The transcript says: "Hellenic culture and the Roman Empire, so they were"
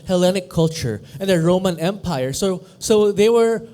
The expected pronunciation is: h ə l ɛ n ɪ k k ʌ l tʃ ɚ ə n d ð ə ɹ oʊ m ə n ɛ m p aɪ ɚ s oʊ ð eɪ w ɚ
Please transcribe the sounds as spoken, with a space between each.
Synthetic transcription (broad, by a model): h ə l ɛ n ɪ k k ʌ l tʃ ɚ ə n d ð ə ɹ oʊ m ə n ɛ m p aɪ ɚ s oʊ ð eɪ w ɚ